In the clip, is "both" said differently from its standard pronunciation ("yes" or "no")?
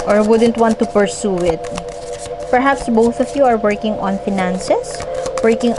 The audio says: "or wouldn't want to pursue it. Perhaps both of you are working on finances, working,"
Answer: no